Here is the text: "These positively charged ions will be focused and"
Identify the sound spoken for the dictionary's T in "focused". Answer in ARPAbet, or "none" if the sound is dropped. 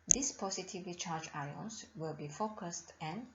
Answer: T